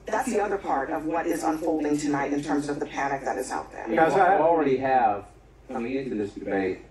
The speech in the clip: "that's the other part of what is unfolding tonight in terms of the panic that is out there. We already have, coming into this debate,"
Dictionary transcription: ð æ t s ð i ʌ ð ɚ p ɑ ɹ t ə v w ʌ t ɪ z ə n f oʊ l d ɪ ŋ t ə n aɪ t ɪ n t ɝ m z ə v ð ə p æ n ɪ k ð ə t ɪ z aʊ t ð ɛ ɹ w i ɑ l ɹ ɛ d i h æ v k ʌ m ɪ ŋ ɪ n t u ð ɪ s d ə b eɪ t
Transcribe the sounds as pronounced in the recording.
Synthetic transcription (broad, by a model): ð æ t s ð i ʌ ð ɚ p ɑ ɹ t ə v w ʌ t ɪ z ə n f oʊ l d ɪ ŋ t ə n aɪ t ɪ n t ɝ m z ə v ð ə p æ n ɪ k ð ə t ɪ z aʊ t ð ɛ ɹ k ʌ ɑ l ɹ ɛ d i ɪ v k ʌ m ɪ ŋ ɪ n t u ð ɪ s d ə b eɪ t